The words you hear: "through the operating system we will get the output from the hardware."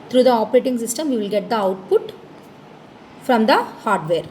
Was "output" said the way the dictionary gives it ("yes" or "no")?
yes